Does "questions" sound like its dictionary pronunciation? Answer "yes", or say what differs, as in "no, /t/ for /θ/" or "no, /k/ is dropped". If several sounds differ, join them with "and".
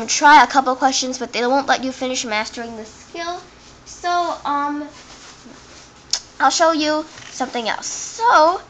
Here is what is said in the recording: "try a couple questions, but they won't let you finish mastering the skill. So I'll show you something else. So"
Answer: yes